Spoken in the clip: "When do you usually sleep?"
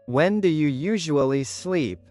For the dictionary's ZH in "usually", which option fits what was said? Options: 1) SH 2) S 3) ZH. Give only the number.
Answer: 3